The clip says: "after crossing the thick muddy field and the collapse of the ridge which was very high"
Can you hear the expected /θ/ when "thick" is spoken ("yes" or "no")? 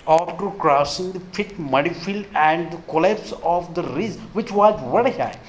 no